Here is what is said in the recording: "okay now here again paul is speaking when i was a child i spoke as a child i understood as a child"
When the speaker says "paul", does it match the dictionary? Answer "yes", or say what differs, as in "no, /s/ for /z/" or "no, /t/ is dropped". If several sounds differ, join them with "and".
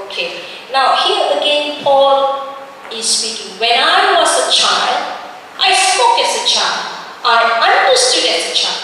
yes